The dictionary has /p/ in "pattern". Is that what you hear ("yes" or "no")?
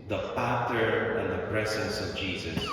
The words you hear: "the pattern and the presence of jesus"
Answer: no